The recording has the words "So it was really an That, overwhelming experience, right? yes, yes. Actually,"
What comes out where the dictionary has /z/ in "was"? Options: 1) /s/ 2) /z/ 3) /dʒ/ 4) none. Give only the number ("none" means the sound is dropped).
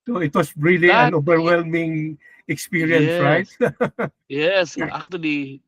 1